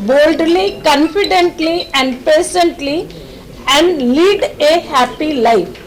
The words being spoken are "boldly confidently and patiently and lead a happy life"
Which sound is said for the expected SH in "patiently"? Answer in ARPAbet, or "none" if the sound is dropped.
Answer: S